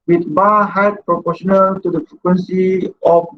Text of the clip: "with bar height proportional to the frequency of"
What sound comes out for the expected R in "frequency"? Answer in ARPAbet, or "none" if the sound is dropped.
R